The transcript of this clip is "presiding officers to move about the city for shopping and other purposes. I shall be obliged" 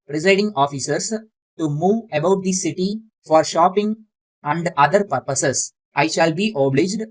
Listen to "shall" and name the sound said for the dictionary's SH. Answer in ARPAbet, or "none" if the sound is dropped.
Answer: SH